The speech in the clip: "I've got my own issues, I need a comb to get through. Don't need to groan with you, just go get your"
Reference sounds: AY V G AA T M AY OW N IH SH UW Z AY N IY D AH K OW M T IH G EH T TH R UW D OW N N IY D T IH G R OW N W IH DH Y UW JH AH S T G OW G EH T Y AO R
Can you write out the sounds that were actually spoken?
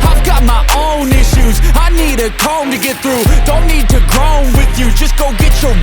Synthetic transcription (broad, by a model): AY V G AA T M AY OW N IH SH UW Z AY N IY D AH K OW M T IH G EH T TH R UW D OW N N IY D T IH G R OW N W IH DH Y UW JH AH S G OW G EH T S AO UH